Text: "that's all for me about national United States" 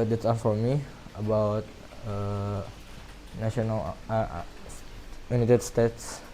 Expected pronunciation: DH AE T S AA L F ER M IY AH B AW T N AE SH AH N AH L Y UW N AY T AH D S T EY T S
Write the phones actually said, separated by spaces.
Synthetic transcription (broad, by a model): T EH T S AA N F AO M IY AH B AW T N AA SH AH N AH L Y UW N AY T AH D S T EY T S